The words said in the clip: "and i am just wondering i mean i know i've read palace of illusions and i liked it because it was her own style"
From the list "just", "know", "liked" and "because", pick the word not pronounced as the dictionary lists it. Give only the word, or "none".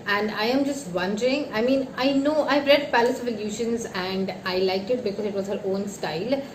liked